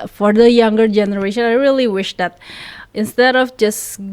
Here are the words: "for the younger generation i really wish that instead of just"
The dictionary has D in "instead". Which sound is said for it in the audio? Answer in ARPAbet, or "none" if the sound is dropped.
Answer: D